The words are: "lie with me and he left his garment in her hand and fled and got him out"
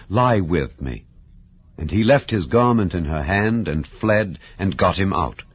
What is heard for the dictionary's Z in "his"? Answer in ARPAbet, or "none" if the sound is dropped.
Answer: Z